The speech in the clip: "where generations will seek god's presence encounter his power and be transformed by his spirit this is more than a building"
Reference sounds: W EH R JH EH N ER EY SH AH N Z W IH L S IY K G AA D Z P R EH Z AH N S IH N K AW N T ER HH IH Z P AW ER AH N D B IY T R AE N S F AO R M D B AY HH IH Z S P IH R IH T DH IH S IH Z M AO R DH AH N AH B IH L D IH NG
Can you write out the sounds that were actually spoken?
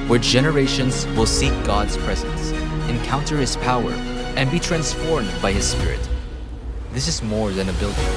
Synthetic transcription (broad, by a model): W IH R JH EH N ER EY SH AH N Z W IH L S IY K G AA D Z P R EH Z AH N S IH N K AW N T ER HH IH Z P AW ER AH N B IY T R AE N S F AO R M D B AY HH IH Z S P IH R IH T DH IH S IH Z M AO R DH AH N AH B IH L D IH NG